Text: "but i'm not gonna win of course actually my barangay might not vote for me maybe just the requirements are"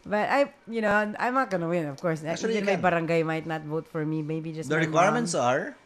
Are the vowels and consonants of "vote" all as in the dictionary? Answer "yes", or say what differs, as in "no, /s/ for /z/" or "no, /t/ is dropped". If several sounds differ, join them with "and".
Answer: yes